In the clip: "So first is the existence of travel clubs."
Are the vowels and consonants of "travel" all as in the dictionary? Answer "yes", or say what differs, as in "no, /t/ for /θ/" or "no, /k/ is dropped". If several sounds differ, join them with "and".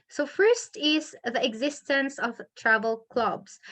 yes